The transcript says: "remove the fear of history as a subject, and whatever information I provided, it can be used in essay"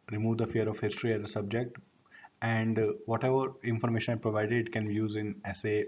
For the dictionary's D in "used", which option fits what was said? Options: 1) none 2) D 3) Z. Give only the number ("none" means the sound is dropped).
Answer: 1